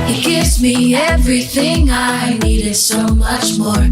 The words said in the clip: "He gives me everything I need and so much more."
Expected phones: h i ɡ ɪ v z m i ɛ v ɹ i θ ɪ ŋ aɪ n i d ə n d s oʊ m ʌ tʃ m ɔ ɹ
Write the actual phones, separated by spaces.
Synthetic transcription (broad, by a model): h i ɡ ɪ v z m i ɛ v ɹ i θ ɪ ŋ aɪ n i d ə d s oʊ m ʌ tʃ m ɔ ɹ